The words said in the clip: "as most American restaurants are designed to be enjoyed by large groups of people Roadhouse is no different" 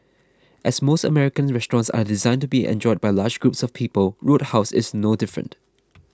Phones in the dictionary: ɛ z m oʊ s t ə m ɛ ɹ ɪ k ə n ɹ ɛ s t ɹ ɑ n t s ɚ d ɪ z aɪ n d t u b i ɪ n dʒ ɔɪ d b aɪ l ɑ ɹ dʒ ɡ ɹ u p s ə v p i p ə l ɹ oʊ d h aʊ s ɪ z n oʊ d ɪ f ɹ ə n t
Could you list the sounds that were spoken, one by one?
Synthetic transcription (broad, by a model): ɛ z m oʊ s t ə m ɛ ɹ ɪ k ə n ɹ ɛ s t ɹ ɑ n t s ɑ d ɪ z aɪ n t u b i ɪ n dʒ ɔɪ d b aɪ l ɑ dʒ ɡ ɹ u p s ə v p i p ə l ɹ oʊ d h aʊ s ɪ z n oʊ d ɪ f ɹ ə n t